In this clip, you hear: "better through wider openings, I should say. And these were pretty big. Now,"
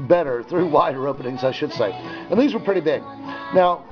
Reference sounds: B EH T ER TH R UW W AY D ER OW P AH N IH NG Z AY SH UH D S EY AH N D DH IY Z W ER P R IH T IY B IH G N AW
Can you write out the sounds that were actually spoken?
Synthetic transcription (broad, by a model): B EH T ER TH R UW W AY D ER OW P AH N IH NG Z AY SH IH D S EY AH N DH IY Z W ER P R IH T IY B IH G N AW